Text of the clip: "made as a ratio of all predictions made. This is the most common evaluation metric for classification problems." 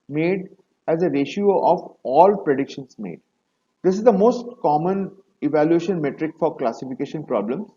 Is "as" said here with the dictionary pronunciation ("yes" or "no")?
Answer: yes